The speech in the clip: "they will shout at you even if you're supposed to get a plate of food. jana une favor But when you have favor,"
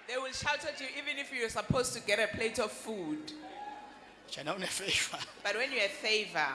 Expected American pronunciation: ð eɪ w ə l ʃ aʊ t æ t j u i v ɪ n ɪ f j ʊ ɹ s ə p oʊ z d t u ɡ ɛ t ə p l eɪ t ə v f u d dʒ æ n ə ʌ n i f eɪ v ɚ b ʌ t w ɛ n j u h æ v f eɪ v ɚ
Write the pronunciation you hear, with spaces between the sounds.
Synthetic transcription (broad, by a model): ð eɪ w ə l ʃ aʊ t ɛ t j u i v ɪ n ɪ f j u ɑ s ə p oʊ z t u ɡ ɛ t ə p l eɪ t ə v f u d tʃ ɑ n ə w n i f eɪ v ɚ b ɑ t w ɛ n j u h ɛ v f eɪ v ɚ